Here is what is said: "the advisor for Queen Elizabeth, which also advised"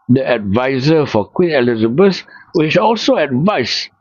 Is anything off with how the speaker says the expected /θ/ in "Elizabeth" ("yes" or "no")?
yes